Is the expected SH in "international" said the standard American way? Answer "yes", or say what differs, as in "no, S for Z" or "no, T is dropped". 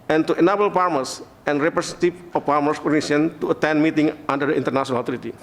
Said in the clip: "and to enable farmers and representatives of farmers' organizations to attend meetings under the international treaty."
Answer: no, S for SH